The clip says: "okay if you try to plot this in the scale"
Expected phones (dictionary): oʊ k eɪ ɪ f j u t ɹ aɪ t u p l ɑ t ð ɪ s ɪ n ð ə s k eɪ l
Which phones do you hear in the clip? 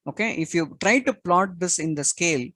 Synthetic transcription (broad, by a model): oʊ k eɪ ɪ f j u t ɹ aɪ t u p l ɑ t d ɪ s ɪ n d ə s k eɪ l